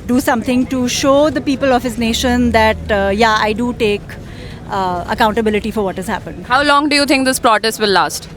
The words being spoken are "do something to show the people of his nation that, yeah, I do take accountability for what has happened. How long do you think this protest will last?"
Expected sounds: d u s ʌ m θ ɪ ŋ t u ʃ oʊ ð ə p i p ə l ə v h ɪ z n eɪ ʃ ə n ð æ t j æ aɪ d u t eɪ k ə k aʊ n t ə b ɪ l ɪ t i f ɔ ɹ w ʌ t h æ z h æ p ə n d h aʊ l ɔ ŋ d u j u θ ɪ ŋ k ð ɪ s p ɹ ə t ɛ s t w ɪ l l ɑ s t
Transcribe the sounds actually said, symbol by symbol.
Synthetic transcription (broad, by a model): d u s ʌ m t ɪ ŋ t u ʃ oʊ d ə p i p ə l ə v h ɪ z n eɪ ʃ ə n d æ t j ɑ aɪ d u t eɪ k ə k aʊ n t ə b ɪ l ɪ t i f ɔ ɹ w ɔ t h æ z h æ p ə n d h aʊ l ɔ ŋ d u j u t ɪ ŋ k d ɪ s p ɹ ə t ɛ s t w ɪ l l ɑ s t